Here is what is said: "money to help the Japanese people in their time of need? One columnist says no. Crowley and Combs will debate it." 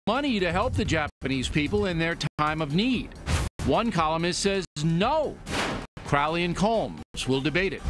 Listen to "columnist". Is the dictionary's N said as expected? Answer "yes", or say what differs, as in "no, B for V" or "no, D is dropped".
no, N is dropped